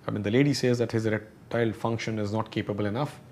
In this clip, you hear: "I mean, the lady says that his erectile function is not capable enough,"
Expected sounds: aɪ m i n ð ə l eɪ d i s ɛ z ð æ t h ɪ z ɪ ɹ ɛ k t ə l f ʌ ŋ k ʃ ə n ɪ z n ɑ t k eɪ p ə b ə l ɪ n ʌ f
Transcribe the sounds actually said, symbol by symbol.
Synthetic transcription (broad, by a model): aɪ m i n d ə l eɪ d i s ɛ z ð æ t h ɪ z ɹ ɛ t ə l f ʌ ŋ k ʃ ə n ɪ z n ɑ t k eɪ p ə b ə l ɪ n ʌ f